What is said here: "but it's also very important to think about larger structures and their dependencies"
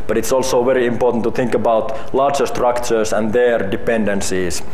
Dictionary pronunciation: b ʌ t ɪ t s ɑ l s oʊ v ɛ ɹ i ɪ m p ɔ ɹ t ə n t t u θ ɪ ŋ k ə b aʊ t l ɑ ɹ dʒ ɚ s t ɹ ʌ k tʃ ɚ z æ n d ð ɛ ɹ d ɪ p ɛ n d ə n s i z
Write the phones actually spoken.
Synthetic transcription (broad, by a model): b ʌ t ɪ t s ɑ l s oʊ v ɛ ɹ i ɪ m p ɔ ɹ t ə n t t u θ ɪ ŋ k ə b aʊ t l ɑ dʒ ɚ s t ɹ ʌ k tʃ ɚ s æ n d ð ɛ ɹ d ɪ p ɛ n d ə n s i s